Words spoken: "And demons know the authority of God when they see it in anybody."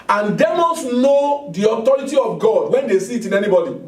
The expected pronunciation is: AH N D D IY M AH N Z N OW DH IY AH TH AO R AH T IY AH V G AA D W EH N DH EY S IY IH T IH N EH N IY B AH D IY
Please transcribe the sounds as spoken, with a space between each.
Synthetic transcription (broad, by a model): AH N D D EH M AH N S N OW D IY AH T AO R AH T IY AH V G AA D W EH N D EY S IY T IH N EH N IY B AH D IY